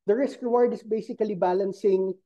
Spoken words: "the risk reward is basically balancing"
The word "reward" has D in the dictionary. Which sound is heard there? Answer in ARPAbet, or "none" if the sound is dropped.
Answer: D